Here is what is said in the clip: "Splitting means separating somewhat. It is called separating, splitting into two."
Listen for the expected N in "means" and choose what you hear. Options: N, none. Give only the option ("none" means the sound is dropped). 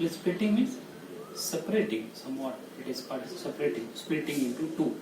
none